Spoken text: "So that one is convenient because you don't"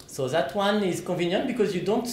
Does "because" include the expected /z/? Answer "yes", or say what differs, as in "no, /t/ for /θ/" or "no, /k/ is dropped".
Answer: yes